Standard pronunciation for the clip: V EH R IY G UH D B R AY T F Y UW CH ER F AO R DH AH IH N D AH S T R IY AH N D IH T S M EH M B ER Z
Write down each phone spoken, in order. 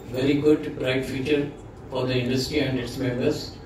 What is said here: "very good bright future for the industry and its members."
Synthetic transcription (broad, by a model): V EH R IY G UH D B R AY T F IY CH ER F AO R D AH IH N D AH S T R IY AH N D IH T S M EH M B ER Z